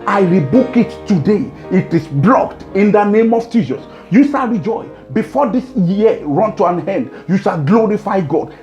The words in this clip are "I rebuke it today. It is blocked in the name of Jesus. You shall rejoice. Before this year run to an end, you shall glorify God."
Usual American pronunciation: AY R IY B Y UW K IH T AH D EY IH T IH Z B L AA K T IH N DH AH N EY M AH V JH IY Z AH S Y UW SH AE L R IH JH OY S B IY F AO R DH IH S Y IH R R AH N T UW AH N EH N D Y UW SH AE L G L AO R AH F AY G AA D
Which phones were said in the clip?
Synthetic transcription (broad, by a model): AY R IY B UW K IH T AH D EY IH T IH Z B L AA K T IH N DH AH N EY M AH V JH IY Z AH S Y UW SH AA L R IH JH OY B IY F AO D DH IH S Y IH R R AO N T UW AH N EH N D Y UW SH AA L G L AO R AH F AY G AA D